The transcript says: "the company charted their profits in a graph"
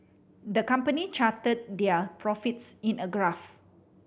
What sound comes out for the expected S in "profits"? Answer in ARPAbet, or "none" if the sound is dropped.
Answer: S